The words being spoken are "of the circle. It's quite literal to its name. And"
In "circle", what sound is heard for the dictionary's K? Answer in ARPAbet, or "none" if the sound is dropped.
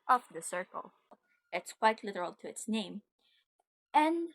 K